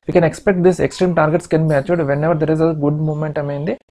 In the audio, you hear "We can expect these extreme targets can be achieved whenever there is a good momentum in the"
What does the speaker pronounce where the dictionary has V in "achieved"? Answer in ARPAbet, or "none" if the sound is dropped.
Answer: none